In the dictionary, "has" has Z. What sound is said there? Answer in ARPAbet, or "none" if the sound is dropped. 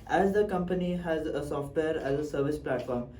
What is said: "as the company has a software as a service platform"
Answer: Z